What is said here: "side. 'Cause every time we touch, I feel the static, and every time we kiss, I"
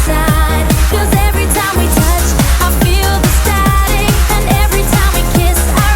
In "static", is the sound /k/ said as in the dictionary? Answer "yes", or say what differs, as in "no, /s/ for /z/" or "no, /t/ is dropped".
no, /k/ is dropped